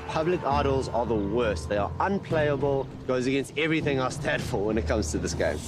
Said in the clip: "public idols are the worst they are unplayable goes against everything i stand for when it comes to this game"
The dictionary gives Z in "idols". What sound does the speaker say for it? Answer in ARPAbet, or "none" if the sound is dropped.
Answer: Z